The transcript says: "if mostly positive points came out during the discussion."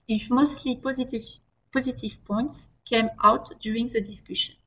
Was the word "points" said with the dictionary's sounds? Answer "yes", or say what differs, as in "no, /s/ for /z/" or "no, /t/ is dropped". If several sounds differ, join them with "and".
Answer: yes